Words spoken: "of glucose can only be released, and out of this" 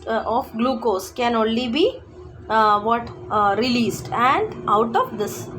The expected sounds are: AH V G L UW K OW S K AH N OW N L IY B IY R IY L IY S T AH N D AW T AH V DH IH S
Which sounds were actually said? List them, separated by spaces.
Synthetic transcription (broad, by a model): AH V G L UW K OW S K AH N OW N L IY B IY R IY L IY S T AH N D AW T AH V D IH S